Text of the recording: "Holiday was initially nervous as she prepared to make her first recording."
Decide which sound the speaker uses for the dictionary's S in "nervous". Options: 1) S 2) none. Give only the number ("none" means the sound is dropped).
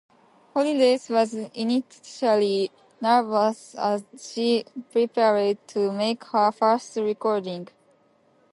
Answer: 1